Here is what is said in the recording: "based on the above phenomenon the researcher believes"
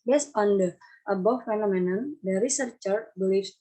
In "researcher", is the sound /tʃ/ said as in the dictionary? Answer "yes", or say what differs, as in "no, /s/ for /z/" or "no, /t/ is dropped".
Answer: yes